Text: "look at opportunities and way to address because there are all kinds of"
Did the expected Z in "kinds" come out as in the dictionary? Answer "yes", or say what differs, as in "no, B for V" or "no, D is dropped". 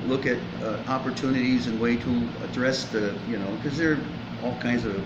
yes